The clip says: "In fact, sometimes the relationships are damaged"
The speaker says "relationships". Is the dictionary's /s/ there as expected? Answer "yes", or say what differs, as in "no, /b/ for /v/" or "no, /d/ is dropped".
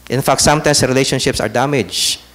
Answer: yes